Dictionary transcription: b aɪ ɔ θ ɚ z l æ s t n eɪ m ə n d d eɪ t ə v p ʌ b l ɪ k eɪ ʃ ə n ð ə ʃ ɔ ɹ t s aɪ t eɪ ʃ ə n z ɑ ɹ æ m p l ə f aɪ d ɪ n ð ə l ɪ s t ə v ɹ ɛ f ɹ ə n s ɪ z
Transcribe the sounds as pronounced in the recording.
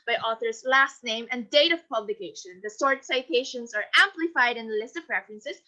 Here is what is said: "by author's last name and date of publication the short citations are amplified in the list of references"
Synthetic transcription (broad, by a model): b aɪ ɔ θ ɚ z l æ s t n eɪ m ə n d d eɪ t ə v p ʌ b l ɪ k eɪ ʃ ə n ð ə s ɔ ɹ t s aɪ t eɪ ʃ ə n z ɑ ɹ æ m p l ə f aɪ d ɪ n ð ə l ɪ s t ə v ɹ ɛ f ɹ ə n s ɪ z